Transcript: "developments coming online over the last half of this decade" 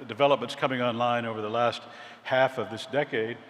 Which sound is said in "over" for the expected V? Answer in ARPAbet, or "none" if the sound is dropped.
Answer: V